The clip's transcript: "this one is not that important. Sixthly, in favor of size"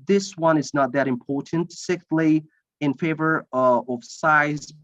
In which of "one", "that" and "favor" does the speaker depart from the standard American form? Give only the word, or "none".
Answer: none